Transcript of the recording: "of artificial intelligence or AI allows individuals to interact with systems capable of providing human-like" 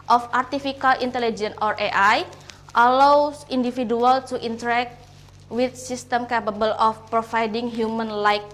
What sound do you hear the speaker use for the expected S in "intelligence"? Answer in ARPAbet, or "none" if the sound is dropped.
none